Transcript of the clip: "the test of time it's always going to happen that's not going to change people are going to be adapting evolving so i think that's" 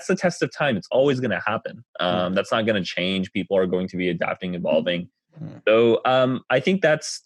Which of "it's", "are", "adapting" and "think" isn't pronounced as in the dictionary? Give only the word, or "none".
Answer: none